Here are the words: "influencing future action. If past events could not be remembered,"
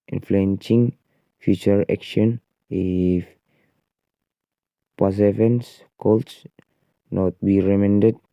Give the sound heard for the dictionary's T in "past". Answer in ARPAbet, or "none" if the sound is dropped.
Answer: none